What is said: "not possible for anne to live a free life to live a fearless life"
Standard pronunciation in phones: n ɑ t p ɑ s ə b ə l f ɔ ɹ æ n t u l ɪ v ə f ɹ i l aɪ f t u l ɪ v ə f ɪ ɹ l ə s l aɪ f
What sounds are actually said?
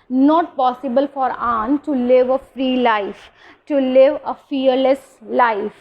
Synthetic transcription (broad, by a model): n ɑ t p ɑ s ə b ə l f ɔ ɹ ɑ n t u l ɪ v ə f ɹ i l aɪ f t u l ɪ v ə f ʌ ɹ l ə s l aɪ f